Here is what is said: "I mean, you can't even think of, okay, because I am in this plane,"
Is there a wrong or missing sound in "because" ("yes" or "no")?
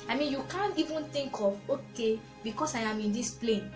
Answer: yes